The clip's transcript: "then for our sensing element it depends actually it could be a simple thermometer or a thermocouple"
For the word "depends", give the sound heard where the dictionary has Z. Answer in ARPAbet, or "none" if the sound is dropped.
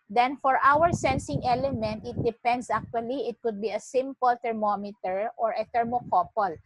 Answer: S